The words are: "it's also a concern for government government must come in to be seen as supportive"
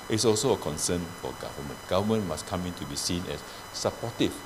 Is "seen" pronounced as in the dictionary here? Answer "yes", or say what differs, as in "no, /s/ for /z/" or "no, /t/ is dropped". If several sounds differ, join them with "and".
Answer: yes